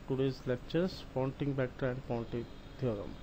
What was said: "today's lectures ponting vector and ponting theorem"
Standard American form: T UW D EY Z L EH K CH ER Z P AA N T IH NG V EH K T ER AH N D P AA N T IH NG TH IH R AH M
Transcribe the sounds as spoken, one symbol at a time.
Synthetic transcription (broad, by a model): T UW D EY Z L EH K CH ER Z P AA N T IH NG B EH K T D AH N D P AA N T IH NG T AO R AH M